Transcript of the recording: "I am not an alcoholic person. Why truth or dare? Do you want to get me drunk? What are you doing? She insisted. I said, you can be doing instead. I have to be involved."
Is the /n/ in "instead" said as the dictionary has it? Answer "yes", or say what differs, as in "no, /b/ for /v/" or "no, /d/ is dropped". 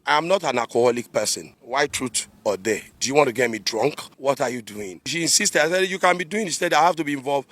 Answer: no, /n/ is dropped